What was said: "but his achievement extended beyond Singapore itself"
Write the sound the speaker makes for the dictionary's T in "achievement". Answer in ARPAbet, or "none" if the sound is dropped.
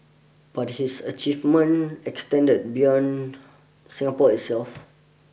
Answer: none